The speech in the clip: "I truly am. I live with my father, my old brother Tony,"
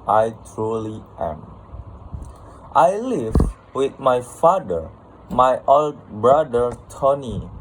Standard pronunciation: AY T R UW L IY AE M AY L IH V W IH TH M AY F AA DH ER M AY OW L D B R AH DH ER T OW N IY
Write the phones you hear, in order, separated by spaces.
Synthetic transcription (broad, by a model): AY T R UW L IY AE M AY L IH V W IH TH M AY F AA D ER M AY OW L D B R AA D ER T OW N IY